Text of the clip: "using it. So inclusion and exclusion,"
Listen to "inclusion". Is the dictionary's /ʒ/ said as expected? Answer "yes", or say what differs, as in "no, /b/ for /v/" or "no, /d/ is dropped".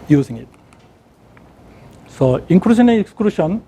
no, /ʃ/ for /ʒ/